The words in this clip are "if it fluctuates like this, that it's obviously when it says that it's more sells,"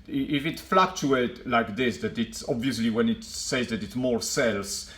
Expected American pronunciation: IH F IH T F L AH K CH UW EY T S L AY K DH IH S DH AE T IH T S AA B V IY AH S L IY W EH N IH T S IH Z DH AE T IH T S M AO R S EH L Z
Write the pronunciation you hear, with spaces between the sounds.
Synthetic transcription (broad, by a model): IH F IH T F L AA K CH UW EY T L AY K DH IH S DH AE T IH T S AA B V IY AH S L IY W EH N IH T S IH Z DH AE T IH T S M AO R S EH L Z